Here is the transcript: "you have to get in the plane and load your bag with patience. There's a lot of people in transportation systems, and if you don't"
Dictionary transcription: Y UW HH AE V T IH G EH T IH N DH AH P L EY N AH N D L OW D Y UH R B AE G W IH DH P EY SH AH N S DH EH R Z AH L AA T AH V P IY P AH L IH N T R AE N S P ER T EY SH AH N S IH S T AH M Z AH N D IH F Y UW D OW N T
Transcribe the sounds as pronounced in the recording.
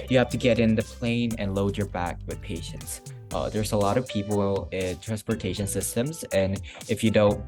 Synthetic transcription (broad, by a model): Y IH HH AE F T IH G EH T IH N DH AH P L EY N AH N L OW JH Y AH R B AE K W IH DH P EY SH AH N S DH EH R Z AH L AA T AH V P IY P L IH N T R AE N S P ER T EY SH AH N S IH S T AH M Z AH N IH F Y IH D OW N T